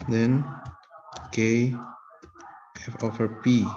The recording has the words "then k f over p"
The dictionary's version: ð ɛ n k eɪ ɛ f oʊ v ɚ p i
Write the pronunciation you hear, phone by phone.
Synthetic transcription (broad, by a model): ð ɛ n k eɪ ɛ f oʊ f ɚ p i